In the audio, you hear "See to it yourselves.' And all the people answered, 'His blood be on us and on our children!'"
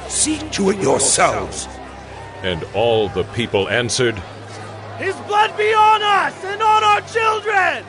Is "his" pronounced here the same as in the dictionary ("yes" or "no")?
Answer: yes